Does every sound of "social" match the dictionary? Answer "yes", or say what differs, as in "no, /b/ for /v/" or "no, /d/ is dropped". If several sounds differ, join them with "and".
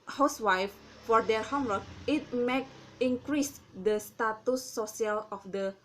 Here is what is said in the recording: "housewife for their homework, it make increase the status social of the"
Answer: no, /ʃ/ is dropped